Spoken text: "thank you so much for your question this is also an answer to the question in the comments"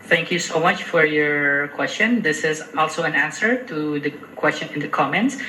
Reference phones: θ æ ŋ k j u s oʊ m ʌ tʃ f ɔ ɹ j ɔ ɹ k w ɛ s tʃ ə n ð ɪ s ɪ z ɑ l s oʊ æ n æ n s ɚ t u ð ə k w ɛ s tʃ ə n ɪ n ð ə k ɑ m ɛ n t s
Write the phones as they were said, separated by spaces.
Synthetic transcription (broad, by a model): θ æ ŋ k j u s oʊ m ʌ tʃ f ɔ ɹ j ɔ ɹ k w ɛ s tʃ ə n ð ɪ s ɪ z ɑ l s oʊ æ n æ n s ɚ t u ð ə k w ɛ s tʃ ə n ɪ n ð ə k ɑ m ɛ n t s